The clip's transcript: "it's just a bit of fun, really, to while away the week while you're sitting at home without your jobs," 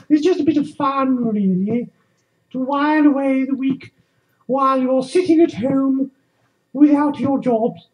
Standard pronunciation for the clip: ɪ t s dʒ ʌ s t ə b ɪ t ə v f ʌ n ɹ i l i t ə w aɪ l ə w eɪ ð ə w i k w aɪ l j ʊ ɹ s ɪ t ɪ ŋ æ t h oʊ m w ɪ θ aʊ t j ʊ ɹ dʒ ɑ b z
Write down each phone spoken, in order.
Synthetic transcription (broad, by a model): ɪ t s dʒ ʌ s t ə b ɪ t ə v f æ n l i n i t ə w aɪ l ə w eɪ ð ə w i k w aɪ l j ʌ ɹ s ɪ t ɪ ŋ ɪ t h oʊ m w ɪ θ aʊ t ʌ ɹ dʒ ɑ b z